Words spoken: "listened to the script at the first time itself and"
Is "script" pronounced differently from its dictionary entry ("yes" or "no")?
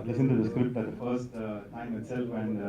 no